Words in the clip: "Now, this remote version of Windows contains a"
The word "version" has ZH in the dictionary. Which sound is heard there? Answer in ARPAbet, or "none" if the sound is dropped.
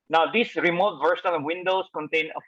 S